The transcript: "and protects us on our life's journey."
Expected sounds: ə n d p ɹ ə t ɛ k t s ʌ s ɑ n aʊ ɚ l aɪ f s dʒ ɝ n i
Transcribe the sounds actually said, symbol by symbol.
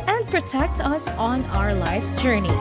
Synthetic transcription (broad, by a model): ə n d p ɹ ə t ɛ k t ʌ s n aʊ ɚ l aɪ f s dʒ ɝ n i